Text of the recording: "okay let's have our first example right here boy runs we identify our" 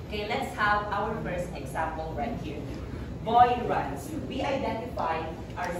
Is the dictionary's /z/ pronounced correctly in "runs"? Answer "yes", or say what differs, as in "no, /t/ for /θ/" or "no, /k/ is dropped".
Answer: no, /s/ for /z/